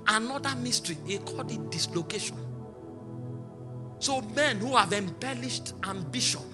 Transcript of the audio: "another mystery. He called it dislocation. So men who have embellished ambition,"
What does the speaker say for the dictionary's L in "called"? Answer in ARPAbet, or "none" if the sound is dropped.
none